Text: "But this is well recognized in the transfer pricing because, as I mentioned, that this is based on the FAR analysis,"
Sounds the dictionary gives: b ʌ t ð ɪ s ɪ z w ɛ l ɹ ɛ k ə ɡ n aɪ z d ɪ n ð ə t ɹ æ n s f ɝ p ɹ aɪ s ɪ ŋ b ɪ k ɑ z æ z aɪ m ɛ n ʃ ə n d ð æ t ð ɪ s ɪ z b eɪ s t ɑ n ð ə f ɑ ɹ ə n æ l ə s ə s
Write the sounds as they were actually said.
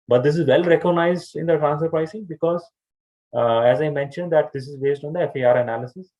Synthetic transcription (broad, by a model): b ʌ t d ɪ s ɪ z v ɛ l ɹ ɛ k ə ɡ n aɪ z d ɪ n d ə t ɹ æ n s ɝ p ɹ aɪ s ɪ ŋ b ɪ k ɑ z æ z aɪ m ɛ n ʃ ə n d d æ t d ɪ s ɪ z b eɪ s t ɑ n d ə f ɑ ɹ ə n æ l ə s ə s